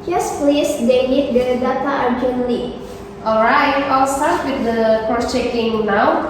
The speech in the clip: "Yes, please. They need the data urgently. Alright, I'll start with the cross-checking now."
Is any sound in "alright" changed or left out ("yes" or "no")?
no